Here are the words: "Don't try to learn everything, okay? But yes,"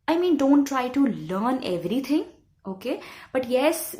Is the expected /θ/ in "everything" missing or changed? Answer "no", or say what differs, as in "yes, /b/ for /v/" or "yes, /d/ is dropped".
yes, /t/ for /θ/